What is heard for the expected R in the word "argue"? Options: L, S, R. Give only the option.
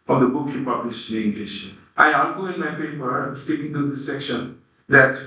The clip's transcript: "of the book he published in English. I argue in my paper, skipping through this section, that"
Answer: L